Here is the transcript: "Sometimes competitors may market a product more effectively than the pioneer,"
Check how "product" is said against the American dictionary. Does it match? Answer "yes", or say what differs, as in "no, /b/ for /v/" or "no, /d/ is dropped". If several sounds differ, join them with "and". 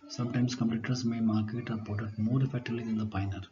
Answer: no, /ɹ/ is dropped and /k/ is dropped